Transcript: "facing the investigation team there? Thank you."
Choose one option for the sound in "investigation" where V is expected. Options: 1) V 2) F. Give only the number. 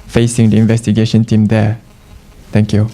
1